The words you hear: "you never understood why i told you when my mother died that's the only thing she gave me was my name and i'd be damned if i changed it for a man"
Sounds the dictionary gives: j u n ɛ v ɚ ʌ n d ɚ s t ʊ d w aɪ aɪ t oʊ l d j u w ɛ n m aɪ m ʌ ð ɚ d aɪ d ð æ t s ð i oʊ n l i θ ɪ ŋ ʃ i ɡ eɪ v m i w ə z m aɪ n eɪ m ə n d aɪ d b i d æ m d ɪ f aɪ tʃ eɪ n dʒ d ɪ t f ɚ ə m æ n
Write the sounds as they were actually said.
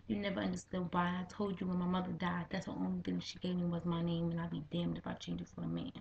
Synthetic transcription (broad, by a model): j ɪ n ɛ v ɚ ʌ n d ɚ s t ʊ d w aɪ aɪ t oʊ l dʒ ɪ w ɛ n m aɪ m ʌ ð ɚ d aɪ d ð æ t s ð i oʊ n l i θ ɪ ŋ ʃ i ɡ eɪ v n w ə z m aɪ n eɪ m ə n aɪ b i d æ m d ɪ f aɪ tʃ eɪ n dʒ ɪ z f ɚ ə m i